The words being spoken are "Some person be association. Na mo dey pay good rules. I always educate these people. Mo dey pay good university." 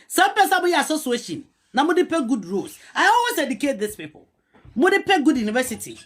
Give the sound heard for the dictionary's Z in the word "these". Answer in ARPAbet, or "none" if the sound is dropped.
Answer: S